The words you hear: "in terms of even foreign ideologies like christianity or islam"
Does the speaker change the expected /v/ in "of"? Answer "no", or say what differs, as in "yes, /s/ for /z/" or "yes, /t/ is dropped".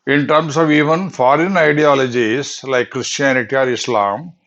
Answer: no